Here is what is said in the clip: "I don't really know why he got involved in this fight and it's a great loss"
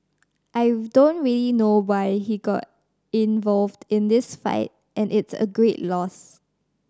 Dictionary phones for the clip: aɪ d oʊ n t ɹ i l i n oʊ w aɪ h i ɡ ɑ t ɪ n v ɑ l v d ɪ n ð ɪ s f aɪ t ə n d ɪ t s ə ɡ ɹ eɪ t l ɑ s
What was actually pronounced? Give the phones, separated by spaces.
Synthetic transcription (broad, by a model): aɪ d oʊ n t ɹ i l i n oʊ w aɪ h i ɡ ɑ t ɪ n v ɑ l v d ɪ n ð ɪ s f aɪ t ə n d ɪ t s ə ɡ ɹ eɪ t l ɑ s